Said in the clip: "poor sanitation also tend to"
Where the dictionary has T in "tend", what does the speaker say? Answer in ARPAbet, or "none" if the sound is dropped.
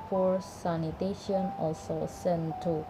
S